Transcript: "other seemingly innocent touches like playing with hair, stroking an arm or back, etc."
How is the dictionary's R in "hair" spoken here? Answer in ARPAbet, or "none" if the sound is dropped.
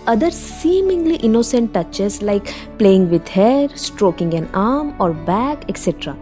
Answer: R